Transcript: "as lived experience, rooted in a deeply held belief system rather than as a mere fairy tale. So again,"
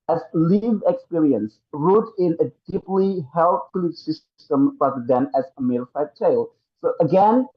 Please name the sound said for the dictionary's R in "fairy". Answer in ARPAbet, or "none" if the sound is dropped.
none